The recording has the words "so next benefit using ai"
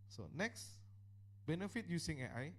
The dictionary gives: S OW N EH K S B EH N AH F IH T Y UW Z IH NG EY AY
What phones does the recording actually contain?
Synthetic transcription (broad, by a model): S OW N EH K S B EH N AH F IH T Y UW S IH NG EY AY